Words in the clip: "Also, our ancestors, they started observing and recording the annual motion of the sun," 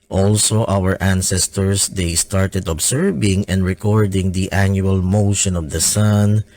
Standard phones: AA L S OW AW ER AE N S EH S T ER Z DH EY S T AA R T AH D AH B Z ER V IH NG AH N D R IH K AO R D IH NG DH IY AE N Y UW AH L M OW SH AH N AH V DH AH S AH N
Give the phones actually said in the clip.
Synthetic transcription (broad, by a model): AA L S OW AW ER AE N S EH S T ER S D EY S T AA R T AH D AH B S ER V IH NG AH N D R IH K AO R D IH NG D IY AE N Y UW AH L M OW SH AH N AH V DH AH S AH N